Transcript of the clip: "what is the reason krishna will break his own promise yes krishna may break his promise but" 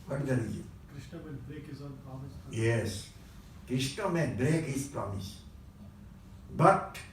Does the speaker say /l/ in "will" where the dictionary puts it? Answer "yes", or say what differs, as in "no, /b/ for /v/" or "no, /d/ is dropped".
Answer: no, /n/ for /l/